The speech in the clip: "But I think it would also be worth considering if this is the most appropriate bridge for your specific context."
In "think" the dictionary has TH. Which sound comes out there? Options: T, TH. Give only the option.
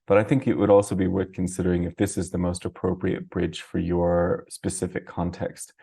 TH